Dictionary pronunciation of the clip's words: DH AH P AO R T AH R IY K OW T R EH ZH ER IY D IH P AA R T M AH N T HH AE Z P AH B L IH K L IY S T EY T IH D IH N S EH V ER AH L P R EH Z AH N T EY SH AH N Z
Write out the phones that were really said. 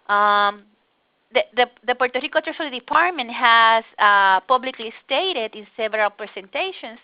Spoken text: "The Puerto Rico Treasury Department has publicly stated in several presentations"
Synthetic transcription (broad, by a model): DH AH P AO R T AH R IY K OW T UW S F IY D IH P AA R T M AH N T HH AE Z P AH B L IH K L IY S T EY T IH D IH N S EH V ER AH L P R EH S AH N T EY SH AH N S